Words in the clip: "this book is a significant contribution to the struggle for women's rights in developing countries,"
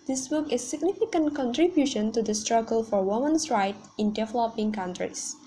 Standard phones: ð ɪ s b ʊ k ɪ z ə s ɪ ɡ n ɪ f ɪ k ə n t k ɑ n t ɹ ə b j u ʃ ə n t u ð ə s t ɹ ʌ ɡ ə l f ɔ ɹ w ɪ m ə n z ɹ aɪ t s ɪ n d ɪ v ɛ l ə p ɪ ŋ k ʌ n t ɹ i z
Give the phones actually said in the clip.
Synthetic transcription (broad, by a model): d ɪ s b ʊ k ə s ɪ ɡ n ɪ f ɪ k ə n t k ɑ n t ɹ ə b j u ʃ ə n t u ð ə s t ɹ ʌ ɡ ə l f ɔ ɹ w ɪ m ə n s ɹ aɪ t ɪ n d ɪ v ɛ l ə p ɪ ŋ k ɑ n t ɹ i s